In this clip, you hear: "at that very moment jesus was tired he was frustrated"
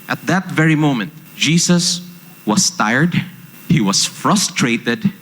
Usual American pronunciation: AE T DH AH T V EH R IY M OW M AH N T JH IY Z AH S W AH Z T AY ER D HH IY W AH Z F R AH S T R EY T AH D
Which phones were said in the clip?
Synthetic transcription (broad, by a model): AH T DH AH T V EH R IY M OW M AH N T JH IY S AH S W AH S T AY ER D HH IY W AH S F R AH S T R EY T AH D